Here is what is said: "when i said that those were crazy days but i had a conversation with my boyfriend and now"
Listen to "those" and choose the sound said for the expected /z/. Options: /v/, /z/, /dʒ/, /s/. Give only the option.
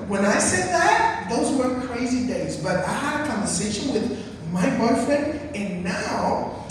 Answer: /z/